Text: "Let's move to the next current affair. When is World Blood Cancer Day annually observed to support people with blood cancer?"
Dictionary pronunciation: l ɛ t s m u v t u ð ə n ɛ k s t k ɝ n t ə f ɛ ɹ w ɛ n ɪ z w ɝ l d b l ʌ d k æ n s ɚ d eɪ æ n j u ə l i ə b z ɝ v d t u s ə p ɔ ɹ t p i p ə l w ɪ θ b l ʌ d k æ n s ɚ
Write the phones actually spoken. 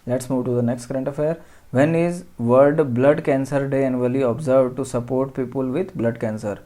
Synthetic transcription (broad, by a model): l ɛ t s m u v t u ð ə n ɛ k s t k ɝ n t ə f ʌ ɹ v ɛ n ɪ z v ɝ d b l ʌ d k æ n s ɚ d eɪ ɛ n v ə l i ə b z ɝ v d t u s ə p ɔ ɹ t p i p ə l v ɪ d b l ʌ d k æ n s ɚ